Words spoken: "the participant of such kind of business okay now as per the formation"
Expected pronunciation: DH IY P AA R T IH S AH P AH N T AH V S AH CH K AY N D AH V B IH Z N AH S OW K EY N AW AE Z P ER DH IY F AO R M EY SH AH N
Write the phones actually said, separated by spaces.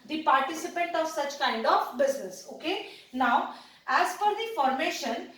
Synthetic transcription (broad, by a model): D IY P AA R T IH S AH P AH N T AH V S AH CH K AY N D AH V B IH Z N AH S OW K EY N AW AE Z F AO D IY F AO R M EY SH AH N